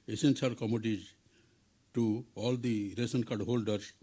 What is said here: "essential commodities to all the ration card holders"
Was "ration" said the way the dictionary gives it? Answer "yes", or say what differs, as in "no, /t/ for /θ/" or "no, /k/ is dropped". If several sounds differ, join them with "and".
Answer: no, /s/ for /ʃ/